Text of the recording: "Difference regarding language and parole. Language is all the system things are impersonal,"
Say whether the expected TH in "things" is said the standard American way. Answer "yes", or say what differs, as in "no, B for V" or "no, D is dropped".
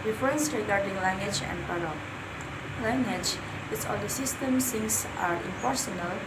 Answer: no, S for TH